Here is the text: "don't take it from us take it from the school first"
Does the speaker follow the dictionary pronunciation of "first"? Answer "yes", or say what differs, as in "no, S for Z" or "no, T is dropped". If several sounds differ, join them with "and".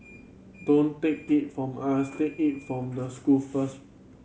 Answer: no, T is dropped